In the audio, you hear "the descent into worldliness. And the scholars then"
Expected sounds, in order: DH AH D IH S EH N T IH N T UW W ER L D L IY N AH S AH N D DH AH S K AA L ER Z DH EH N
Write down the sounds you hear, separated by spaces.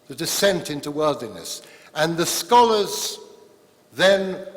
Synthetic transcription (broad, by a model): DH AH D IH S EH N T IH N T UW W ER L D L IY N AH S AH N DH AH S K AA L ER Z DH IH N